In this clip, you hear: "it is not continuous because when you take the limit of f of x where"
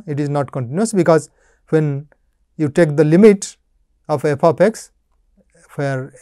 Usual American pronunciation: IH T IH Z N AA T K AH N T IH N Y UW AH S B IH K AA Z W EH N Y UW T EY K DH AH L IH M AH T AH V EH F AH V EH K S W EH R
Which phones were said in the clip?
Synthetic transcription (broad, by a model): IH T IH Z N AA T K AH N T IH N Y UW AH S B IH K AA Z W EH N Y UW T EY K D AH L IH M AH T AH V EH P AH P EH K S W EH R